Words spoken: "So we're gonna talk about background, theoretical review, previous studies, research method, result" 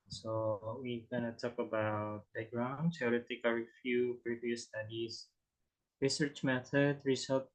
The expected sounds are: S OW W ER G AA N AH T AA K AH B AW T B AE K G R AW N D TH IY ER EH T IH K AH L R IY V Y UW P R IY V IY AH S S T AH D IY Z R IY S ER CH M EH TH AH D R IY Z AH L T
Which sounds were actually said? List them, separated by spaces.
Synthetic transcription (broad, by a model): S OW W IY G AA N AH T AA K AH B AW T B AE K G R AW N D S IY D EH T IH K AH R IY F Y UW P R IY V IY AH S S T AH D IY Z R IY S ER CH M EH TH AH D R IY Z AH L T